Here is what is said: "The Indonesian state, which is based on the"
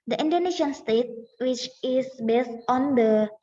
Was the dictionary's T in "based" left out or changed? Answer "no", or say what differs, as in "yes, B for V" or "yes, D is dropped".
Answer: no